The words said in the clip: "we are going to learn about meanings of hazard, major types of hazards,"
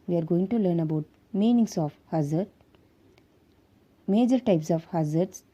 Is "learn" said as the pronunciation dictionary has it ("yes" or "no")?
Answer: yes